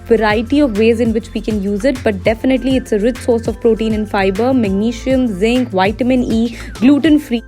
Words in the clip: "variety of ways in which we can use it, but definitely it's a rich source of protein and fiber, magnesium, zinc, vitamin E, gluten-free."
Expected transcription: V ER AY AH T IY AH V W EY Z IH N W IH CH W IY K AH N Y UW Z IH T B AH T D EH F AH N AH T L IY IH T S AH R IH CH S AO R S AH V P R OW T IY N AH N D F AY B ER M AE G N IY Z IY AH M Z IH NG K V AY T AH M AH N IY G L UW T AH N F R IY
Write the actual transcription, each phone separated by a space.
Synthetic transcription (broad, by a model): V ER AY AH T IY AH V EY Z IH N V IH CH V IY K AH N Y UW Z IH T B AH T D EH F AH N AH T L IY IH T S AH R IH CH S AO R S AH V P R OW T IY N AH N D F AY B ER M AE G N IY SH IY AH M Z IH NG K V AY T AH M AH N IY G L UW T AH N F R IY